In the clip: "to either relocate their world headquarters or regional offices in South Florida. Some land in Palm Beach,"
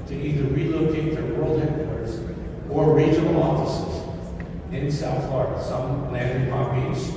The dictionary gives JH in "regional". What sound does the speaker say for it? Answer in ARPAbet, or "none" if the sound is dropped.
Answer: none